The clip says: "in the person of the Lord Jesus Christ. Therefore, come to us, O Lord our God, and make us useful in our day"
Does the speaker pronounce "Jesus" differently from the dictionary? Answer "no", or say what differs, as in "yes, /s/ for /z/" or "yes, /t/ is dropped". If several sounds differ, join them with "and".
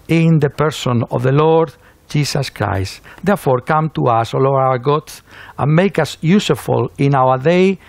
yes, /s/ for /z/